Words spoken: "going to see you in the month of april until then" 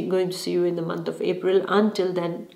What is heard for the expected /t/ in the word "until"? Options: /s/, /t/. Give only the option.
/t/